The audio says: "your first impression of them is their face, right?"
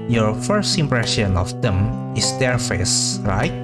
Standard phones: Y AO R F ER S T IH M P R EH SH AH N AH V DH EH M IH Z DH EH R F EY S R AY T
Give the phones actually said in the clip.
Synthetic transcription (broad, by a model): Y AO R F ER S T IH M P R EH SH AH N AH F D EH M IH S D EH R F EY S R AY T